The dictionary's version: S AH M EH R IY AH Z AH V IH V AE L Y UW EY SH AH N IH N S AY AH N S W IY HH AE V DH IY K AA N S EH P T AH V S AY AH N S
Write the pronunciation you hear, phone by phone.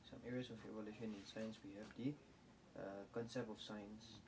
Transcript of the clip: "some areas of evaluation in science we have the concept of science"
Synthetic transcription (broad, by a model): S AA M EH R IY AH S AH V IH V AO L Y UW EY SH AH N IH N S AY AH N S W IY HH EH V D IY K AA N S EH P T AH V S AY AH N S